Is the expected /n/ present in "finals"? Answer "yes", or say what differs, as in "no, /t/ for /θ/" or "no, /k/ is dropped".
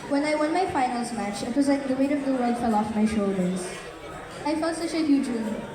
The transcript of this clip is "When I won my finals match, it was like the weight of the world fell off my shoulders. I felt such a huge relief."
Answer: yes